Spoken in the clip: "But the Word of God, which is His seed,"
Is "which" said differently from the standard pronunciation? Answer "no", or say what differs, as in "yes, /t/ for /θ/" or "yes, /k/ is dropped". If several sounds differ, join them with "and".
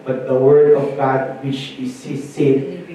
yes, /ʃ/ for /tʃ/